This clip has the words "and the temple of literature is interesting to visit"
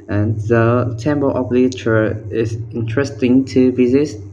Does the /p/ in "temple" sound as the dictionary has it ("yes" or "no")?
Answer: no